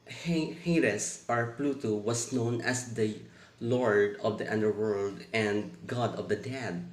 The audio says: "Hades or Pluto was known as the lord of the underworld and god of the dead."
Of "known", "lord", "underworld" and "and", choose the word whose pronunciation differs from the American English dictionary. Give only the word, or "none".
none